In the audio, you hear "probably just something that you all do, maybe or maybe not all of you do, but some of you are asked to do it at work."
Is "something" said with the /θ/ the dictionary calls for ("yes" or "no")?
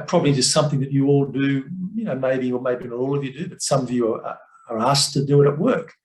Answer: yes